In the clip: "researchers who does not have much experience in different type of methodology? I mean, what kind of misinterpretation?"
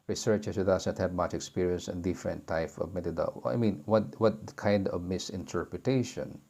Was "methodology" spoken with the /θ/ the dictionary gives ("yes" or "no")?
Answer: no